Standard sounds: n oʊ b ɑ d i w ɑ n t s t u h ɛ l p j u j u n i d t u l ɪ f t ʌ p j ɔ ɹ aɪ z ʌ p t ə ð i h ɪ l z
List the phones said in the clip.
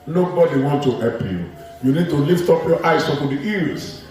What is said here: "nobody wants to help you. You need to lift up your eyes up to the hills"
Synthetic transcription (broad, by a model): n oʊ b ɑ d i w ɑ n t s t u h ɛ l p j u j u n i d t u l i f t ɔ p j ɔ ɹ aɪ s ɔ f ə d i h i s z